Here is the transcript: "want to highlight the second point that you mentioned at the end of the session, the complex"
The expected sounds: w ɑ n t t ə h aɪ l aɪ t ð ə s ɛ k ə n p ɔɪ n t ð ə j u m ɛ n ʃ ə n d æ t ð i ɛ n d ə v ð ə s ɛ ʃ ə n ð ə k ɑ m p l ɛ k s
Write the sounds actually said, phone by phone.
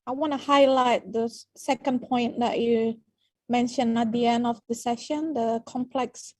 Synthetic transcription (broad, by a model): w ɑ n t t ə h aɪ l aɪ t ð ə s ɛ k ə n p ɔɪ n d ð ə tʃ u m ɛ n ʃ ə n æ t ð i ɛ n d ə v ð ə s ɛ ʃ ə n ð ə k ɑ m p l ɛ k s